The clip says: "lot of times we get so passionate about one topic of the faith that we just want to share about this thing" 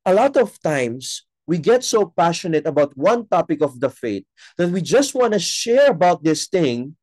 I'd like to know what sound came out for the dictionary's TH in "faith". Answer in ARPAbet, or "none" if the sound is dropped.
T